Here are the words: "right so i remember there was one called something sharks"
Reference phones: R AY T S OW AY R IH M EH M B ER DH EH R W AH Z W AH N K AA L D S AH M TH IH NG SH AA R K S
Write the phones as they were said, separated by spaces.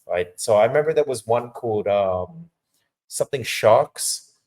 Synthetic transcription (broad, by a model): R AY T S OW AY R IH M EH M B ER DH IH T W AH Z W AH N K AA L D S AH M TH IH NG SH AA K S